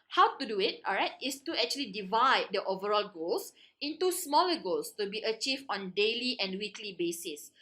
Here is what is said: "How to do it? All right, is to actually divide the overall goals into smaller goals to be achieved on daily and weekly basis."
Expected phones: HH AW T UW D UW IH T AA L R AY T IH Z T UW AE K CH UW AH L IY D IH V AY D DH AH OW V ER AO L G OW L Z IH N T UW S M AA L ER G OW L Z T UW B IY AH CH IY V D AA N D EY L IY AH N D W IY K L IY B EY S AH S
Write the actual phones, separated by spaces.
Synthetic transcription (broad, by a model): HH AW T UW D UW IH T AA L R AY T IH S T UW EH K CH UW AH L IY D IH V AY D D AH OW V ER AO L G OW L S IH N T UW S M AA L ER G OW L S T UW B IY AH CH IY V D AA N D EY L IY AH N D W IY K L IY B EY S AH S